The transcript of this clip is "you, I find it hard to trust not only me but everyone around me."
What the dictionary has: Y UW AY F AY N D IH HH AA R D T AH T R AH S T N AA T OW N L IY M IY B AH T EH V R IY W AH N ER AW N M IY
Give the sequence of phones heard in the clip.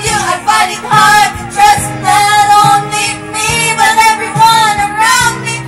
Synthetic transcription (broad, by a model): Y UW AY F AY D IH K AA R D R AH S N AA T OW N L IY M IY B AH T EH V R IY W AH N ER AW N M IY